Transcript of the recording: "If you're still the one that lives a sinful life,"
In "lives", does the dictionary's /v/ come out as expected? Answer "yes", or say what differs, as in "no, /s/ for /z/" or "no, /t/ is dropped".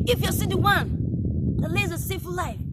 no, /v/ is dropped